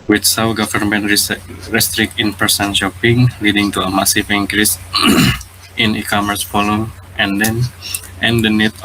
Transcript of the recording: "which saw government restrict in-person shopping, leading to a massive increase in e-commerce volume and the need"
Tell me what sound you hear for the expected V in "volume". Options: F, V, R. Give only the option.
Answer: F